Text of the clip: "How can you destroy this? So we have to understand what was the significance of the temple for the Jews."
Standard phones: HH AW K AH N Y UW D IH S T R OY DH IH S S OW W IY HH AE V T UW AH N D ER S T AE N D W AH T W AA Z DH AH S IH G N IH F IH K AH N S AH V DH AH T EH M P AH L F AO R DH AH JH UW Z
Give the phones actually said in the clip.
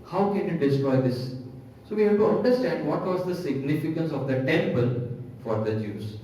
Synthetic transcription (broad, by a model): HH AW K AH N Y UW D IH S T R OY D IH S S OW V IY HH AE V T UW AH N D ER S T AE N D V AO T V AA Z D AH S IH G N IH F IH K AH N S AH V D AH T EH M P AH L F AO R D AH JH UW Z